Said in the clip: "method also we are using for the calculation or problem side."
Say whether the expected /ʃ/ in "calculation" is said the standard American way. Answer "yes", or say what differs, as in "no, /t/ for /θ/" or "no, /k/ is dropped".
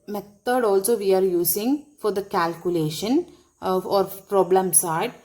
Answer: yes